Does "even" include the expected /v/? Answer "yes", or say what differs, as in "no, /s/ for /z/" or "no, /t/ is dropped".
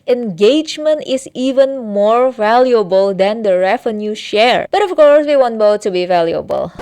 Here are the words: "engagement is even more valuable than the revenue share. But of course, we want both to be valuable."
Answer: yes